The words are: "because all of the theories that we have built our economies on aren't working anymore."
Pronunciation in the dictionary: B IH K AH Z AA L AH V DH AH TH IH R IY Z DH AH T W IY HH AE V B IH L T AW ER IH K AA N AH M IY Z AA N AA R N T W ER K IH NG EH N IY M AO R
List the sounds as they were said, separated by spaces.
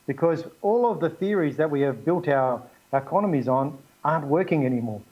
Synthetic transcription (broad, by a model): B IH K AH Z AA L AH V DH AH TH IH R IY Z DH AH T W IY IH V B IH L T AW ER IH K AA N AH M IY Z N AA R N T W ER K IH NG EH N IY M AO R